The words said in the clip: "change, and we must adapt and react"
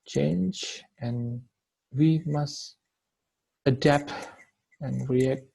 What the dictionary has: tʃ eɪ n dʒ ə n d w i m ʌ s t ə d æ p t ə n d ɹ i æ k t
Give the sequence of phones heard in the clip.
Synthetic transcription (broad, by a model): tʃ eɪ n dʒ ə n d w i m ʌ s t ə d æ p t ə n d ɹ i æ k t